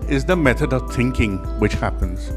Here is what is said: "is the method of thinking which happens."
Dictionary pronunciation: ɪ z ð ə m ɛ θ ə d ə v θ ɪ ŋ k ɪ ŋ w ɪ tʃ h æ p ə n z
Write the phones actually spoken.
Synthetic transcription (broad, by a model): ɪ z ð ə m ɛ θ ə d ə v θ ɪ ŋ k ɪ ŋ w ɪ tʃ h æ p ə n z